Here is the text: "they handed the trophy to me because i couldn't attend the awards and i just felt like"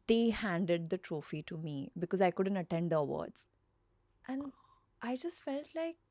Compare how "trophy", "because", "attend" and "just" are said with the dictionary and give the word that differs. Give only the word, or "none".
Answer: none